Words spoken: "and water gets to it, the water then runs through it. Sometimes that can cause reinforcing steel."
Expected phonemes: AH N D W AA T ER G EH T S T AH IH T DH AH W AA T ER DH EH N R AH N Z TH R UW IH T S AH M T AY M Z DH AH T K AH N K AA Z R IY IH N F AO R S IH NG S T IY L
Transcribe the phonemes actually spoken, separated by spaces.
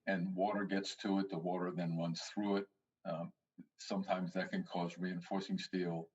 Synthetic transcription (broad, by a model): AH N W AA T ER G EH T S T AH IH T DH AH W AA T ER DH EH N R AH N Z TH R UW IH T S AH M T AY M Z DH AH T K AH N K AA Z R IY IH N F AO R S IH NG S T IY L